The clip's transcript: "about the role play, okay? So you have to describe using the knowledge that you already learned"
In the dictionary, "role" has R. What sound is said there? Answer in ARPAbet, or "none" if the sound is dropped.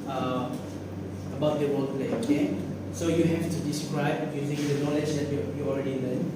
W